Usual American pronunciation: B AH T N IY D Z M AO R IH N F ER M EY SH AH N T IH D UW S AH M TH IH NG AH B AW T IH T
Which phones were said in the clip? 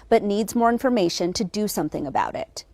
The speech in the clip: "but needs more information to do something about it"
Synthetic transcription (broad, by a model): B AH T N IY D Z M AO R IH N F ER M EY SH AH N T IH D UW S AH M TH IH NG AH B AW T IH T